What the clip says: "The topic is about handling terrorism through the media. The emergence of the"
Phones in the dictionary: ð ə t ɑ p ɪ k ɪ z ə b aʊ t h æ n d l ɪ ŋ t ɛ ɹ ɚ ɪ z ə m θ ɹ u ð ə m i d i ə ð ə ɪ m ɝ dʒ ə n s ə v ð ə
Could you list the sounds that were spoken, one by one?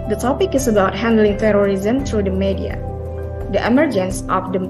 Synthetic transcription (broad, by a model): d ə t ɑ p ɪ k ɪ s ə b aʊ t h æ n d l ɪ ŋ t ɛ ɹ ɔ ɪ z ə m t ɹ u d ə m i d i ə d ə ɪ m ɝ dʒ ə n s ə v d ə